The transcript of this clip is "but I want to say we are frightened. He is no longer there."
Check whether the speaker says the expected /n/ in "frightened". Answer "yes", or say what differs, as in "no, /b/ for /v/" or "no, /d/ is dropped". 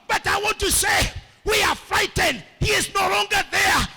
yes